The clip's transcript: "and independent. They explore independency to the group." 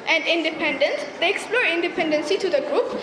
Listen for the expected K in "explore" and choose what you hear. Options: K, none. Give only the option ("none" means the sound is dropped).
K